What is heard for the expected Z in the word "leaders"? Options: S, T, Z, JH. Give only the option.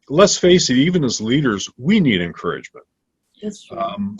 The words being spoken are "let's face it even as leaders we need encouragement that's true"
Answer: Z